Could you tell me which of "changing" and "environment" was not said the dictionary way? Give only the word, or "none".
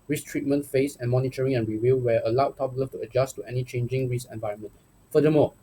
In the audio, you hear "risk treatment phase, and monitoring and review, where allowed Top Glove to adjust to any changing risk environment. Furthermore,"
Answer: none